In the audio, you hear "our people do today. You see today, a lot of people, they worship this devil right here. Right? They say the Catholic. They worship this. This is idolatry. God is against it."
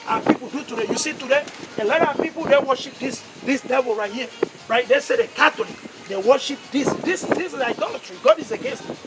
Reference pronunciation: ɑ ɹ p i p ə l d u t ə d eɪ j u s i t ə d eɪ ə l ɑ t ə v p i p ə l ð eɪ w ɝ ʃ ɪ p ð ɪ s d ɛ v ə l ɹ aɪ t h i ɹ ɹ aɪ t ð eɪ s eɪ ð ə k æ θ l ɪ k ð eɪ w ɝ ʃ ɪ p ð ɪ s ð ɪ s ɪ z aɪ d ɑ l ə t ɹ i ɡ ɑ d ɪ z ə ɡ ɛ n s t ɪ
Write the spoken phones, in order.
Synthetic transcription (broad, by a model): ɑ p i p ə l d u t ə d eɪ j u s i t ə d eɪ ə l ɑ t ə p i p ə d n w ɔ ʃ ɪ p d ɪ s d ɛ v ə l ɹ aɪ t h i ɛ ɹ aɪ t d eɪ s eɪ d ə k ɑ t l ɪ k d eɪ w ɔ ʃ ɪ p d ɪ s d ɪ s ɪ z aɪ d ɑ l ə t ɹ i ɡ ɑ d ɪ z ə ɡ ɛ n s t